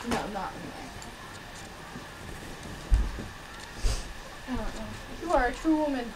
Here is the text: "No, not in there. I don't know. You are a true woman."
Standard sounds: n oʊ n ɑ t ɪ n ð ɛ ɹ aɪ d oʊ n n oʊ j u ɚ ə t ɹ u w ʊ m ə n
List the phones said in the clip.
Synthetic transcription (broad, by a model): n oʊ l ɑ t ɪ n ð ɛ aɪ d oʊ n n oʊ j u ɚ ə t ɹ u w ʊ m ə n